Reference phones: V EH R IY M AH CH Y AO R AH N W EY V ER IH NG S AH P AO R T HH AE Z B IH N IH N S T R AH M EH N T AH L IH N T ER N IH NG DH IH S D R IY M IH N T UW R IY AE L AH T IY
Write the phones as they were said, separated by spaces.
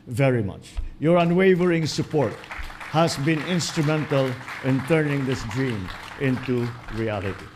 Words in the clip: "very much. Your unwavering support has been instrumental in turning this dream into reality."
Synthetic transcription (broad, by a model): V EH R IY M AH CH Y AO R AH N W EY V ER IH NG S AH P AO R T HH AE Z B IH N IH N S T R AH M EH N T AH L IH N T ER N IH NG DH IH S D R IY M IH N T UW R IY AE L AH T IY